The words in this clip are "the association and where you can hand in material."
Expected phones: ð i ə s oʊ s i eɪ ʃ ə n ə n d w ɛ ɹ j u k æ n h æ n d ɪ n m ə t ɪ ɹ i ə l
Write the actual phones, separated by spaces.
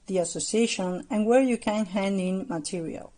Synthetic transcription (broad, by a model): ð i ə s oʊ s i eɪ ʃ ə n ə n w ɛ ɹ j u k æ n h æ n d ɪ n m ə t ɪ ɹ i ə l